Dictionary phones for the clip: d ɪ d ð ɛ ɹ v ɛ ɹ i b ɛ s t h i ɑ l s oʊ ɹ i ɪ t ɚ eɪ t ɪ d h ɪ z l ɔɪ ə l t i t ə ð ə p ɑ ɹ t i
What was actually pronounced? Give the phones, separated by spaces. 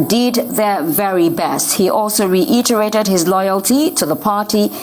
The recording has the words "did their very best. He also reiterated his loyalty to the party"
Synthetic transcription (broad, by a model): d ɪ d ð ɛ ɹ v ɛ ɹ i b ɛ s t h i ɑ l s oʊ ɹ i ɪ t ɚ eɪ t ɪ d h ɪ z l ɔɪ ə l t i t ə ð ə p ɑ ɹ t i